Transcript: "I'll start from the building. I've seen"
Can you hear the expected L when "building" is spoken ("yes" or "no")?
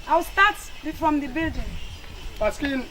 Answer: yes